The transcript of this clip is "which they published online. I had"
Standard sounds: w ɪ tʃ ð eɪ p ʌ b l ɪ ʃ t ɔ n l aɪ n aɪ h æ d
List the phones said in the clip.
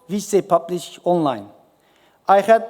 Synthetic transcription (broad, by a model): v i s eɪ p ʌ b l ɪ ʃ ɔ n l aɪ n aɪ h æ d